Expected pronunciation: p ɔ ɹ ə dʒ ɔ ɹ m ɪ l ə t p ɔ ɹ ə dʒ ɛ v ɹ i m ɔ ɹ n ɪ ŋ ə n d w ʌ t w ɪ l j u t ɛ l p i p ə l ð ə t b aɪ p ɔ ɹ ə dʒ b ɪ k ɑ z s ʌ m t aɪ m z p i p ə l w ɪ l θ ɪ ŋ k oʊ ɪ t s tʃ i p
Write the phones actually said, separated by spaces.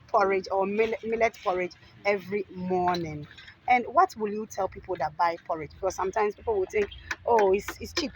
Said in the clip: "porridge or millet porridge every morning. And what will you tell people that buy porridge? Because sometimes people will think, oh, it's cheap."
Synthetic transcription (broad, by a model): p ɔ ɹ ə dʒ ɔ l m ɪ l ə t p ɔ ɹ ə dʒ ɛ v ɹ i m ɔ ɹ n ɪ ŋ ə n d w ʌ t w ɪ l j u t ɛ l p i p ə l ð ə t b aɪ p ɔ ɹ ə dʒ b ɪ k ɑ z s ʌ m t aɪ m s p i p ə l w ɪ l θ ɪ ŋ k oʊ ɪ t s tʃ i p